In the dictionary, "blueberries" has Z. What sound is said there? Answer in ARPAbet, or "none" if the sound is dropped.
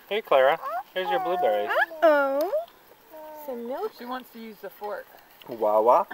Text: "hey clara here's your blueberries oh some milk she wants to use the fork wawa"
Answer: none